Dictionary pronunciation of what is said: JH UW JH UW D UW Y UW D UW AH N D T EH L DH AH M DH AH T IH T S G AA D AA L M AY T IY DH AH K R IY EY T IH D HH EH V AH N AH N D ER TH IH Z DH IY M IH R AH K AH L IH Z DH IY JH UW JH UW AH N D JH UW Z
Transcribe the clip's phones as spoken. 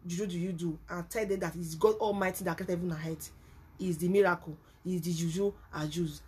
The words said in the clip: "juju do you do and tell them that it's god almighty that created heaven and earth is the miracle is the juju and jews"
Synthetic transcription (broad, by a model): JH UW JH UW D UW Y UW D UW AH N T EH L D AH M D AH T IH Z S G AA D AA L M AY T IY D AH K IY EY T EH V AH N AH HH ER T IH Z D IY M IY R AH K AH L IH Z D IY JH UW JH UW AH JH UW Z